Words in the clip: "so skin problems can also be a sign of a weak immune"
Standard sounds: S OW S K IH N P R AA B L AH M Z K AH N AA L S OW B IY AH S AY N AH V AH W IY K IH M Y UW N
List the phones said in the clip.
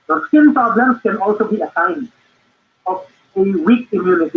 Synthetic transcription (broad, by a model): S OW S IH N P R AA B L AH M S K AH N AA L S OW B IY AH S AY N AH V AH W IY K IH M Y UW N